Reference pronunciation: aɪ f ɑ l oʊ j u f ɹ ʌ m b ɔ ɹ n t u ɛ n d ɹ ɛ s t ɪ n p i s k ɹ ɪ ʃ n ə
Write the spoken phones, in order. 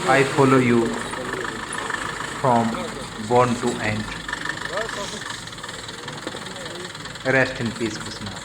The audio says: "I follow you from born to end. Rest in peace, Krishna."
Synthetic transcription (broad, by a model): aɪ f ɑ l oʊ j u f ɹ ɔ m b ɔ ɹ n t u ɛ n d ɹ ɛ s t ɪ n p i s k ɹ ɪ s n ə